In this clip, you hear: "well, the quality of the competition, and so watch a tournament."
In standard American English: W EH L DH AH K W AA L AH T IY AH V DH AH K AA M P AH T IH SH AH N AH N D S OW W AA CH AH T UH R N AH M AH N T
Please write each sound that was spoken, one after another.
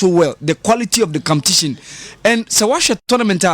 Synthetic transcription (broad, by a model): W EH L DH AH K W AA L AH T IY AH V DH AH K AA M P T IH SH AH N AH N S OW W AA SH AH T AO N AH M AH N T